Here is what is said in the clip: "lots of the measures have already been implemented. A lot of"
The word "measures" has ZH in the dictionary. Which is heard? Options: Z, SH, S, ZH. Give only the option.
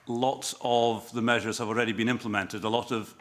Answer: ZH